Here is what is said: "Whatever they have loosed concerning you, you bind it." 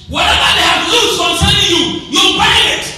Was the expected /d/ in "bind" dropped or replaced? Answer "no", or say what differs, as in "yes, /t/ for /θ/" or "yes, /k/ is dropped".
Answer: yes, /d/ is dropped